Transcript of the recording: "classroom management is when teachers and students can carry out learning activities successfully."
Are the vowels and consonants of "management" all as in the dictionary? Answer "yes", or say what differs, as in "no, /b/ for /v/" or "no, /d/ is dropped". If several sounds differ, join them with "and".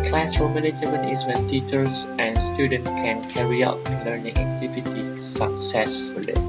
no, /dʒ/ is dropped and /t/ is dropped